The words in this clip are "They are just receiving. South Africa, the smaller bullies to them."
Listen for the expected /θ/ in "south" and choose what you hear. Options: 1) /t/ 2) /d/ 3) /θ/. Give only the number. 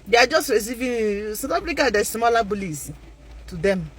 1